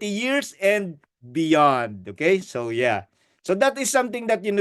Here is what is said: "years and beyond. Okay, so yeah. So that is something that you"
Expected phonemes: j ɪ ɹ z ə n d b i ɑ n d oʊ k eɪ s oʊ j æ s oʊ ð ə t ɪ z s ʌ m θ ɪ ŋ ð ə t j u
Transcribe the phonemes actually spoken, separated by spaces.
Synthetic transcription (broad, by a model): j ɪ ɹ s ə n d b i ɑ n d oʊ k eɪ s oʊ j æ s oʊ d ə t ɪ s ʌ m t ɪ ŋ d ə t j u